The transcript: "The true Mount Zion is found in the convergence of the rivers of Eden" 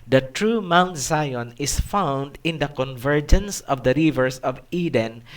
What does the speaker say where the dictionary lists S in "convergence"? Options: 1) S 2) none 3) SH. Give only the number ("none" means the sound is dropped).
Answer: 1